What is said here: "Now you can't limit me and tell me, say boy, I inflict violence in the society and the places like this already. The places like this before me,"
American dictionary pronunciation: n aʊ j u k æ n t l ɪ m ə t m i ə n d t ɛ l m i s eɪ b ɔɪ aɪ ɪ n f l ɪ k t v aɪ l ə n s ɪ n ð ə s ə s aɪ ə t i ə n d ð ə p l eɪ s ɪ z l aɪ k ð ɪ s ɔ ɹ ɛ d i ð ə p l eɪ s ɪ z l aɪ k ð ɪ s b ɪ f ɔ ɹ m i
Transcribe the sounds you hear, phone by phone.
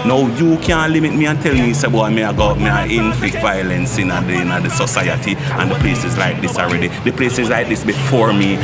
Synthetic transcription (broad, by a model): n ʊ j u k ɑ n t l ɪ m ə t m i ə n t ɛ l m i s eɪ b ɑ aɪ ɪ n f l ɪ k t v aɪ l ə n s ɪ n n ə s ə s aɪ ə t i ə n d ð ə p l eɪ s ɪ z l aɪ k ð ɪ s ɔ ɹ ɛ d i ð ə p l eɪ s ɪ z l aɪ k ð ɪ s b ɪ f ɔ ɹ m i